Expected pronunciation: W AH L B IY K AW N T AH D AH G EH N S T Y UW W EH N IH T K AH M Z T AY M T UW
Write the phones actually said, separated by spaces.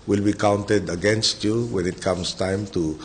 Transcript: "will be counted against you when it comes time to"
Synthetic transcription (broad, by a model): W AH L B IY K AW N T AH D AH G EH N S T Y UW W EH N IH T K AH M S T AY M T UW